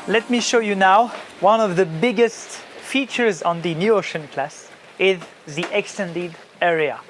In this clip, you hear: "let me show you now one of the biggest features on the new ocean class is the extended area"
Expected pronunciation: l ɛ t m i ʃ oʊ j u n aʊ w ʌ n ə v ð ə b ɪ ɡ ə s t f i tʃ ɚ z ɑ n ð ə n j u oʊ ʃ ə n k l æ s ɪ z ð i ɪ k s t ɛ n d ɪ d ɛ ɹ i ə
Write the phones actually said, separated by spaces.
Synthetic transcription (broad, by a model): l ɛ t m i ʃ oʊ j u n aʊ w ʌ n ə v ð ə b ɪ ɡ ə s t f i tʃ ɚ z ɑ n ð ə n j u oʊ ʃ ə n k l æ s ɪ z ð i ɪ k s t ɛ n d ɪ d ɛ ɹ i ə